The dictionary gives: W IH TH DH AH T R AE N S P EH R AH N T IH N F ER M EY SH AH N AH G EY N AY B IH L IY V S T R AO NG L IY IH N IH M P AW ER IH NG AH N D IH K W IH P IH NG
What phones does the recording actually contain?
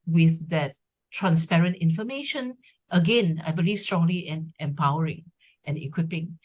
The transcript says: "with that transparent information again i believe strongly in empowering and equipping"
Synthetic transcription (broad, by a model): W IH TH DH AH T R AE N S P EH R AH N T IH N F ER M EY SH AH N AH G EY N AY B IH L IY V S T R AO NG L IY IH N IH M P AW ER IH NG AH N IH K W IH P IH NG